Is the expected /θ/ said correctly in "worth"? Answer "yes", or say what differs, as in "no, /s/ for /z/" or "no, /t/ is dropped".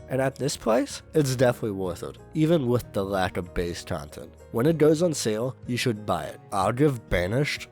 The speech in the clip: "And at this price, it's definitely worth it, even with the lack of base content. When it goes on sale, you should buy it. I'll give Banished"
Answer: yes